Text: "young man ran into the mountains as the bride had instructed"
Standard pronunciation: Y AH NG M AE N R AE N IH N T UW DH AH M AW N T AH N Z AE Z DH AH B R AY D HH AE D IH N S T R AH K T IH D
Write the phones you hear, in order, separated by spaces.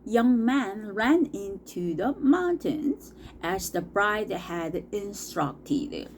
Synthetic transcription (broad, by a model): Y AH NG M AE N R AE N IH N T UW DH AH M AW N T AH N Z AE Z DH AH B R AY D HH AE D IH N S T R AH K T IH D